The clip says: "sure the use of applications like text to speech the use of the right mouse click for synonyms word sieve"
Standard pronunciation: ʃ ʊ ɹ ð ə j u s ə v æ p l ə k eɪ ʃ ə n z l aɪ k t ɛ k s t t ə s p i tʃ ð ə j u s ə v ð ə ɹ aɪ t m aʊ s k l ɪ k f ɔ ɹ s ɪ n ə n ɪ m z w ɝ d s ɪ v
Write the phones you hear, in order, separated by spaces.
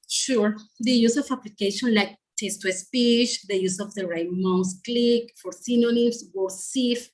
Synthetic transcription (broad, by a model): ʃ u ɹ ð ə j u s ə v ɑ p l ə k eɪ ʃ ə n l aɪ k t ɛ s t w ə s p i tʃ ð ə j u s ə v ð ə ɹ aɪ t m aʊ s k l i k f ɔ ɹ s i n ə n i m s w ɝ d s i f